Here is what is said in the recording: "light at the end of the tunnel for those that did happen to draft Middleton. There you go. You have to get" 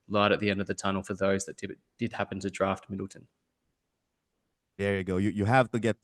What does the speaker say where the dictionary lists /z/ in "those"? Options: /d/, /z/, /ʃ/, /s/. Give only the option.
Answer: /z/